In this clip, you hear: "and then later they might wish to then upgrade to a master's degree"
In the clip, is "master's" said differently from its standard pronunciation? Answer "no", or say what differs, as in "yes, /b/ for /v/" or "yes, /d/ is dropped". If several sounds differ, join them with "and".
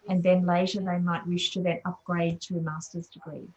no